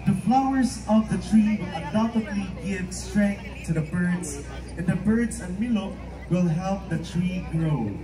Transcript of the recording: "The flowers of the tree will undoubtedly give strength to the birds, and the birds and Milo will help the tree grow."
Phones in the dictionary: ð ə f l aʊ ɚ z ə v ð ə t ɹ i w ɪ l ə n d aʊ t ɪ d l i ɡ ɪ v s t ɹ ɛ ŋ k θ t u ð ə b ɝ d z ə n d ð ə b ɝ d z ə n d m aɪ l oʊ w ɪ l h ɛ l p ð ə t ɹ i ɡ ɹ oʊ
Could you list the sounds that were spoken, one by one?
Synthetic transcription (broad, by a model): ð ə f l aʊ ɚ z ə v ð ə t ɹ i w ɪ l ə d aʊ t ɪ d l i ɡ ɪ v s t ɹ ɛ ŋ k θ t u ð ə b ɝ d z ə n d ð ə b ɝ d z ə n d m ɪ l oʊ w ɪ l h ɛ l p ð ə t ɹ i ɡ ɹ oʊ